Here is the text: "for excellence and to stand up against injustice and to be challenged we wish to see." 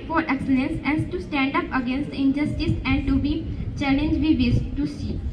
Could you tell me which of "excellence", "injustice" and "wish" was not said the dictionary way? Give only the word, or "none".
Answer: wish